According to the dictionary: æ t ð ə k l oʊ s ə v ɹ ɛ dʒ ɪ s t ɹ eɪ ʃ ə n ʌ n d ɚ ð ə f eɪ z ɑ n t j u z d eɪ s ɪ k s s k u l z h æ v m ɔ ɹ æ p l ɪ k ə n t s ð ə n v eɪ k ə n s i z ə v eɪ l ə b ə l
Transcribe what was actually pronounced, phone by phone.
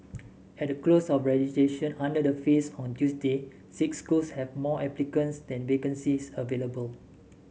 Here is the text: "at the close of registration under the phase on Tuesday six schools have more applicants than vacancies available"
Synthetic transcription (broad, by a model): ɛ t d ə k l oʊ s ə f ɹ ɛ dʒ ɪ t eɪ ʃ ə n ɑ n d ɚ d ə f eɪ s ɑ n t j u s d eɪ s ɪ k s s k u l s h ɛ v m ɔ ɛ p l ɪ k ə n s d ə n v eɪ k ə n s i s ə v eɪ l ə b ə l